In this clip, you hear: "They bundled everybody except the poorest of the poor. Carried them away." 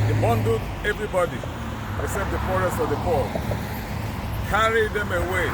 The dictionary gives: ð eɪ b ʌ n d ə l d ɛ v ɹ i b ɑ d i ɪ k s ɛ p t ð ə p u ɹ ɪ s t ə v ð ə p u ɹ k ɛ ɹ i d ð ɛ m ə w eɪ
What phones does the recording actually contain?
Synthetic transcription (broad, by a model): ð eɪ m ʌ n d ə d ɛ v ɹ i b ɑ d i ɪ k s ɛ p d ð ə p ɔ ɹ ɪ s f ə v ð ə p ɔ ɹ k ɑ ɹ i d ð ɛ m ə w eɪ